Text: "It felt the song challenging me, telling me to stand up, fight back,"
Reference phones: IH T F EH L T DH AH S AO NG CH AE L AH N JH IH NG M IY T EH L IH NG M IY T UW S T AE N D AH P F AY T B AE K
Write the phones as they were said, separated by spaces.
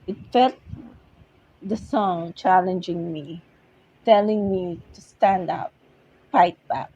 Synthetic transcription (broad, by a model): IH T F EH L T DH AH S AO NG CH AE L AH N JH IH NG M IY T EH L IH NG M IY T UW S T AE N D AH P P AY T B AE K